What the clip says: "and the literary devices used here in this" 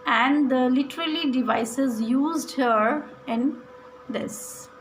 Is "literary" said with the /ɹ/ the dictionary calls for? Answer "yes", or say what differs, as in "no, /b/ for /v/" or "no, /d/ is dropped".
no, /l/ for /ɹ/